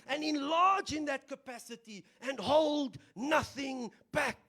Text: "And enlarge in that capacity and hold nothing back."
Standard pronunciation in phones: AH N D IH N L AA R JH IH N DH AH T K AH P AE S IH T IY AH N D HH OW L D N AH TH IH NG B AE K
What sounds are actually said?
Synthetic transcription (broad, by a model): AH N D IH N L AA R JH IH N DH AH T K AH P AE S IH T IY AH N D HH OW L D N AH TH IH NG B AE K